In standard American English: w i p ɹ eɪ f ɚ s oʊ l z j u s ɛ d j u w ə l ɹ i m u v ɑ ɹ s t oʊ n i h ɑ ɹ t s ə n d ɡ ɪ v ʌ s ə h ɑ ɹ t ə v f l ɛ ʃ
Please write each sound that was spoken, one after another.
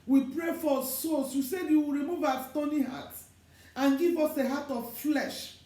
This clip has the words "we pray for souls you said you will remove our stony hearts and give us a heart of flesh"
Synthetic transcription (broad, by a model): w i p ɹ eɪ f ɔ s oʊ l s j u s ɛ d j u w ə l ɹ i m u v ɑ s t oʊ n i h ɑ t ə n ɡ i v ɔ s ə h ɑ t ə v f l ɛ ʃ